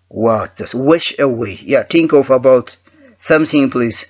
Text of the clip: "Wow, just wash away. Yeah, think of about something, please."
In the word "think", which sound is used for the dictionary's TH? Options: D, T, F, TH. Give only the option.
T